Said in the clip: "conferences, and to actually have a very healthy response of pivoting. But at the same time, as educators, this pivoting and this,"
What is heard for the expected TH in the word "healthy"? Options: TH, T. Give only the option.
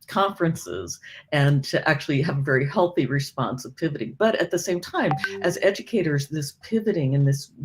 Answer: TH